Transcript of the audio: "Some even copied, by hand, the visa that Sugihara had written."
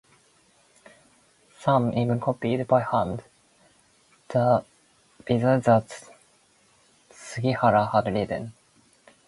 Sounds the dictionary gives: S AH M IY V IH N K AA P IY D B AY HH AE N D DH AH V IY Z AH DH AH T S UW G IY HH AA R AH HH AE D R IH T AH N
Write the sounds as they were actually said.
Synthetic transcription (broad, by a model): S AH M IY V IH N K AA P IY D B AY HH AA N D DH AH B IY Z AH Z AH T S UW G IY HH AA R AH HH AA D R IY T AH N